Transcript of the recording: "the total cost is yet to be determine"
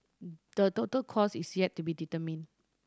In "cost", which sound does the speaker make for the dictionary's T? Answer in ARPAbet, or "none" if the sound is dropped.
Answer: none